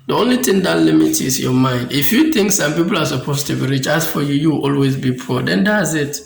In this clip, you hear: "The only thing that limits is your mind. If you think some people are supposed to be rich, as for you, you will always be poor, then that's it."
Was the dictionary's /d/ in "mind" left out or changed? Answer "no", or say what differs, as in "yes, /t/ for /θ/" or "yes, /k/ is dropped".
no